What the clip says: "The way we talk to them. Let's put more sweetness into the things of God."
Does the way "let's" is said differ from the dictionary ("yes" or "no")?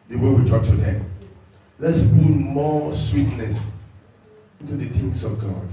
no